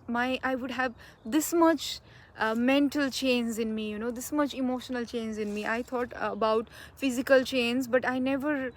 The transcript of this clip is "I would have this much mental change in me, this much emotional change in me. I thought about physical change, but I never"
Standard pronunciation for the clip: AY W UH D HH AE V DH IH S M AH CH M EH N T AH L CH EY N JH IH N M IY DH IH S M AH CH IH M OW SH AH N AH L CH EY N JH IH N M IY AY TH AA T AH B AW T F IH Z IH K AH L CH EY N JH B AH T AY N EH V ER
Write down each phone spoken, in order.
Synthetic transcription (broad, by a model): AY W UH D HH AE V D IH S M AH CH M EH N T AH L CH EY N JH IH N M IY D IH S M AH CH IH M OW SH AH N AH L CH EY N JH IH N M IY AY T AA T AH B AW T F IH Z IH K AH L CH EY N Z B AH T AY N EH V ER